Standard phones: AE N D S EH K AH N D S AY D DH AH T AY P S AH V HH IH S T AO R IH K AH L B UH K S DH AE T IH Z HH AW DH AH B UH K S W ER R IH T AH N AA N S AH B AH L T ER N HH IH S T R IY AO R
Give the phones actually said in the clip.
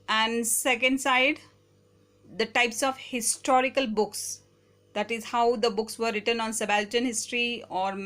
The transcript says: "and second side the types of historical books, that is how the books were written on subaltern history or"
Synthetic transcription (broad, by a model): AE N D S EH K AH N D S AY D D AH T AY P S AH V HH IH S T AO R IH K AH L B UH K S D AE T IH Z HH AW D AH B UH K S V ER R IH T AH N AA N S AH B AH L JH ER N HH IH S T R IY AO R